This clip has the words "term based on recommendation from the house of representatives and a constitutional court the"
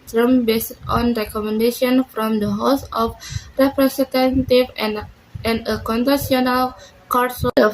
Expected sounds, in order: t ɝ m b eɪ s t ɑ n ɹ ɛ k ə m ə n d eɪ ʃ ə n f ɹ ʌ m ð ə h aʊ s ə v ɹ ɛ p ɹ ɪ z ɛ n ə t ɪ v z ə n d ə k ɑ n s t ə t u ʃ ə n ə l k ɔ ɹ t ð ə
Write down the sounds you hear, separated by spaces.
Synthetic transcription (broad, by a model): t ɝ m b eɪ s t ɑ n ɹ ɛ k ə m ə n d eɪ ʃ ə n f ɹ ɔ m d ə h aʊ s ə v ɹ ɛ p ɹ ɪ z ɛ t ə t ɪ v ə n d ə k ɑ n t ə s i ə n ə l k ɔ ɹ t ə